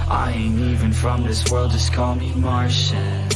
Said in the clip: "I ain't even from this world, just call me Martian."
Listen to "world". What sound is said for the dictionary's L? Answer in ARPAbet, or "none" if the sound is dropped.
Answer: L